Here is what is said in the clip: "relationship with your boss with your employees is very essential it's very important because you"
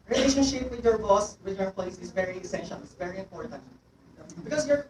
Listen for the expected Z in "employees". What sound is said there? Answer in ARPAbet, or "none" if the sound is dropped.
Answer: S